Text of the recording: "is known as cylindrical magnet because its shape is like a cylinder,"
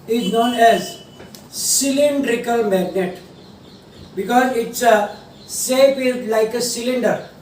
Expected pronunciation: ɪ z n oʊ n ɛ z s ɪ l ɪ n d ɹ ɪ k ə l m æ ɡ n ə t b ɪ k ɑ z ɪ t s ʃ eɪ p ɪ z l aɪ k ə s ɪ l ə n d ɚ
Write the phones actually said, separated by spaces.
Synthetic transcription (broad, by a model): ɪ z n oʊ n ɛ z s ɪ l ɪ n d ɹ ɪ k ə l m æ ɡ n ə t b ɪ k ɑ z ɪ t s s eɪ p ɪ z l aɪ k ə s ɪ l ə n d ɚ